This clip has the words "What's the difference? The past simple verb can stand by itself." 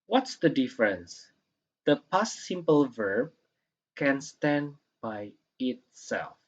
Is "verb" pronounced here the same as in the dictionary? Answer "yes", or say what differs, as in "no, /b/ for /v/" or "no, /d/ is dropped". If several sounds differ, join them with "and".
yes